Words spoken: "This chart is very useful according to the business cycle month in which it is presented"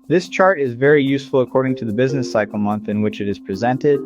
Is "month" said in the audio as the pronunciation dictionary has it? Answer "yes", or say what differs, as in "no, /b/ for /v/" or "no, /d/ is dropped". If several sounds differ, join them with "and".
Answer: yes